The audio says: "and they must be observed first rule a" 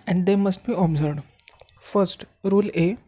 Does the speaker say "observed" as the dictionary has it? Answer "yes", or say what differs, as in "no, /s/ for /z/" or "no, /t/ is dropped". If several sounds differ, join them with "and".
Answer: no, /v/ is dropped